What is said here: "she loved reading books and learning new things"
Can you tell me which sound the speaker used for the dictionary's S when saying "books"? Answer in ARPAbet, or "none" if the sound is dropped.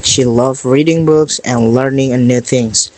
S